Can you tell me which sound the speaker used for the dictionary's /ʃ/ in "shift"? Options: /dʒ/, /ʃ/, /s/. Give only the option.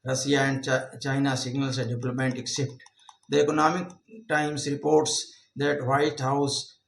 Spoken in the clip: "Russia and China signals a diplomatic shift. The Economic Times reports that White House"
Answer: /s/